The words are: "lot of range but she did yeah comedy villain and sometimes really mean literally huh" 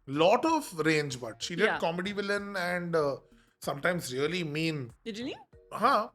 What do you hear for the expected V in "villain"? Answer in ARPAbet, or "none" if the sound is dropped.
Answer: V